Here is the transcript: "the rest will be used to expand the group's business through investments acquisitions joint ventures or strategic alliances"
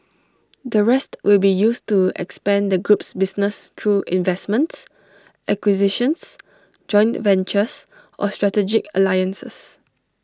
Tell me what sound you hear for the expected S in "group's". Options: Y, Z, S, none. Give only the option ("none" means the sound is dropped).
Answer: S